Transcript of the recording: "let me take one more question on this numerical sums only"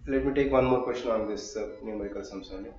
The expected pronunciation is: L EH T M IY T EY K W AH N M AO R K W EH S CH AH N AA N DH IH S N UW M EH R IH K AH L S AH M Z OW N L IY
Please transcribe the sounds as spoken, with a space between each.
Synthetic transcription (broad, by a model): L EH T M IY T EY K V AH N M AO R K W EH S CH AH N AA N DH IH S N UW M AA IH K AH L S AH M S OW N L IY